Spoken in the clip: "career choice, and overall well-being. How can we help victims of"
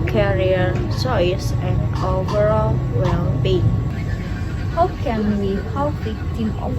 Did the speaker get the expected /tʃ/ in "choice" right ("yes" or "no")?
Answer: no